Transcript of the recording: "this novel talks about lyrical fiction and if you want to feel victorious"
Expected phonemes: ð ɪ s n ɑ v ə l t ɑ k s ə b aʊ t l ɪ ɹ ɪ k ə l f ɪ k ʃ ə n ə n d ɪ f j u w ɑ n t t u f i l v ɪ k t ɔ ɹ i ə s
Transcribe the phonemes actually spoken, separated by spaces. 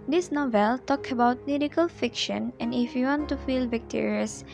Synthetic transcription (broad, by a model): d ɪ s n ɑ v ə l t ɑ k ə b aʊ t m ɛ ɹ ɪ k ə l f ɪ k ʃ ə n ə n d ɪ f j u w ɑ n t t u f i l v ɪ k t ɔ ɹ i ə s